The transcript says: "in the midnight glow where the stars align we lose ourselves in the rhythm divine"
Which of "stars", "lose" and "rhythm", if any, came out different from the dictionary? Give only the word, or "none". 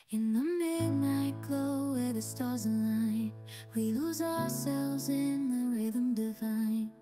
none